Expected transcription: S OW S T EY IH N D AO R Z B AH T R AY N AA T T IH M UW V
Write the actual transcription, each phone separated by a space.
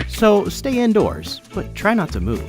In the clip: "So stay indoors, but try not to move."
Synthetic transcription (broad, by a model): S OW S T EY IH N D AO R Z B AH T R AY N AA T T IH M UW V